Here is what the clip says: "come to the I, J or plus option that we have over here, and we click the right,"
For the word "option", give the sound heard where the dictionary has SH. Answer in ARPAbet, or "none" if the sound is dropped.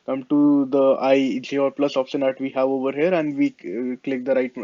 S